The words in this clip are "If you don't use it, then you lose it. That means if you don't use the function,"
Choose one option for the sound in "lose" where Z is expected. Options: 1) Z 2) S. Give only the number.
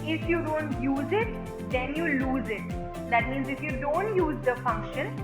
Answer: 1